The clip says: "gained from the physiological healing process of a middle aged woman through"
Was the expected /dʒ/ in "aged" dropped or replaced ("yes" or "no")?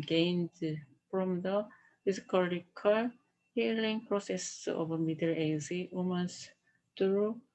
yes